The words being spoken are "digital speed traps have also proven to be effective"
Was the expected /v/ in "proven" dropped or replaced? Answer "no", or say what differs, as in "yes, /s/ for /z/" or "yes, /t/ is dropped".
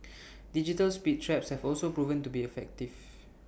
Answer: no